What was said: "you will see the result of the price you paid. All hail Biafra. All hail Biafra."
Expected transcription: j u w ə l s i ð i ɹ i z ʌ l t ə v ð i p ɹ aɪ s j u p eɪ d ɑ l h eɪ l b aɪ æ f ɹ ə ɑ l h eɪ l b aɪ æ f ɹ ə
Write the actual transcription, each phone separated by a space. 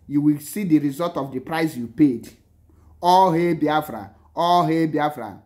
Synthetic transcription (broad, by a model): j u w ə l s i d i ɹ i z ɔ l t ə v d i p ɹ aɪ s j u p eɪ d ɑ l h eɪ b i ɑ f ɹ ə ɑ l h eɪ b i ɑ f ɹ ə